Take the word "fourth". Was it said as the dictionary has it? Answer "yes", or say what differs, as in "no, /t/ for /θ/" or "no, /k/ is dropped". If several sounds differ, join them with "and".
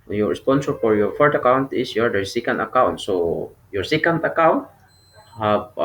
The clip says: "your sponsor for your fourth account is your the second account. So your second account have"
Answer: no, /t/ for /θ/